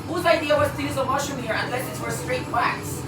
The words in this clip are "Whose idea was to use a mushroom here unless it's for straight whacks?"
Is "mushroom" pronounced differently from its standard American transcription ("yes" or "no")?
yes